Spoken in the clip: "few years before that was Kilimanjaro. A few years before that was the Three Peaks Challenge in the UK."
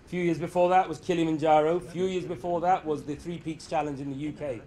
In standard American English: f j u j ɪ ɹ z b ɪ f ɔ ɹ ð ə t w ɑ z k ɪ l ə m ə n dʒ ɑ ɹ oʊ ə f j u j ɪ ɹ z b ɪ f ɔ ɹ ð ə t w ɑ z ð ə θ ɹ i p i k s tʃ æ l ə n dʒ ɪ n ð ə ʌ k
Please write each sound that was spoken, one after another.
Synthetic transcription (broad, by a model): f j u j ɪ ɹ z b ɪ f ɔ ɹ ð ə t w ɑ z k ɪ l ə m ə n dʒ ɑ ɹ oʊ ə f j u j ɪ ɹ z b ɪ f ɔ ɹ ð ə t w ɑ z ð ə θ ɹ i p i k s tʃ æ l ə n dʒ ɪ n ð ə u k